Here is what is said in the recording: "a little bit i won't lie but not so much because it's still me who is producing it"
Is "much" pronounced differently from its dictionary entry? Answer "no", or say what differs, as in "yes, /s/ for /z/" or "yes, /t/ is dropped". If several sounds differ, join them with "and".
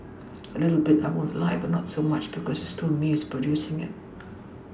no